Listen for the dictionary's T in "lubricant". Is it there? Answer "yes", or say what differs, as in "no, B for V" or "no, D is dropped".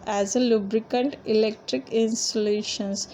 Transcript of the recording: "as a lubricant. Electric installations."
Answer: yes